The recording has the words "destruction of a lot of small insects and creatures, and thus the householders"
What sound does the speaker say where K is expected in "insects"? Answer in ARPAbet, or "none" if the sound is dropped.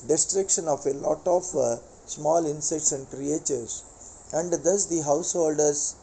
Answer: none